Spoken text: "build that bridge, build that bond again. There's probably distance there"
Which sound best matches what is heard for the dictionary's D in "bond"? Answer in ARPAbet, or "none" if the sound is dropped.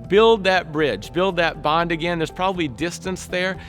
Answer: D